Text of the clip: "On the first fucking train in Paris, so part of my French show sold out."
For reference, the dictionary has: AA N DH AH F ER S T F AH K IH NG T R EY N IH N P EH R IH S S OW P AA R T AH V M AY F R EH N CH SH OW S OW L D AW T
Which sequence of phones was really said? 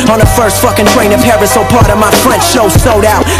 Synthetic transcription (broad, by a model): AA N DH AH F ER S T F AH K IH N T R EY N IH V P EH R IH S S OW P AA R T AH V M AY F R EH N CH SH OW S OW D AW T